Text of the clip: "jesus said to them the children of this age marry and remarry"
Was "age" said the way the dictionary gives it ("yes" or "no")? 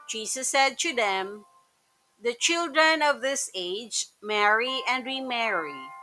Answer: yes